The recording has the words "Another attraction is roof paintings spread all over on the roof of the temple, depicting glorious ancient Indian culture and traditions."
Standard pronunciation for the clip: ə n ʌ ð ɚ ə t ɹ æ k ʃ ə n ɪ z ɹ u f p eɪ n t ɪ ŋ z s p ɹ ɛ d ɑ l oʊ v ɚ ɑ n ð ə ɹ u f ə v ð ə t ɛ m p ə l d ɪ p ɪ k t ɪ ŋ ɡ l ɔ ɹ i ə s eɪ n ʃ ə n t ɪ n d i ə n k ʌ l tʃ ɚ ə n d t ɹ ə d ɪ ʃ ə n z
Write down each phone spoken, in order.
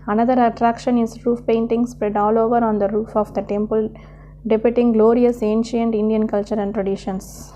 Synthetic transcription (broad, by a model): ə n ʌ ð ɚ ə t ɹ æ k ʃ ə n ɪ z ɹ u f p eɪ n t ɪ ŋ s p ɹ ɛ d ɑ l oʊ v ɚ ɑ n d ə ɹ u f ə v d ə t ɛ m p ə l d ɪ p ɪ t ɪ ŋ ɡ l ɔ ɹ i ə s eɪ n ʃ ə n t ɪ n d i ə n k ʌ l tʃ ɚ ə n d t ɹ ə d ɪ ʃ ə n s